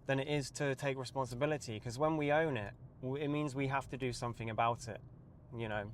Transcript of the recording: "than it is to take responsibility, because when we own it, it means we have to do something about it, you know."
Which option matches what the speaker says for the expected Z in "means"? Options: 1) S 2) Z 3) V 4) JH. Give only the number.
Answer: 2